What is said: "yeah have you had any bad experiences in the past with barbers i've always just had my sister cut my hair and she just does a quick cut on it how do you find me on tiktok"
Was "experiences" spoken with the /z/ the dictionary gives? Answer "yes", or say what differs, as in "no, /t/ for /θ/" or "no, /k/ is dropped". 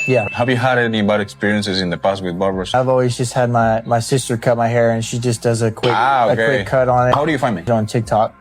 yes